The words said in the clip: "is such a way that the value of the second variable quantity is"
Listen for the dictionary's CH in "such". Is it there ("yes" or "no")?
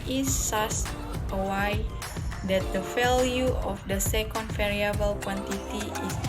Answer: no